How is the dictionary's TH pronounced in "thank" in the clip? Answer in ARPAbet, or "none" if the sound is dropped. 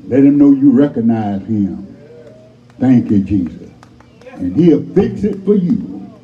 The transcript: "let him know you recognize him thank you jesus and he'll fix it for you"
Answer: TH